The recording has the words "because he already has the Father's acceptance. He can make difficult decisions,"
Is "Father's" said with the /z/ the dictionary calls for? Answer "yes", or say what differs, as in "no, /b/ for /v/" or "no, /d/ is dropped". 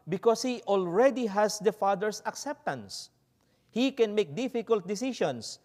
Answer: no, /s/ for /z/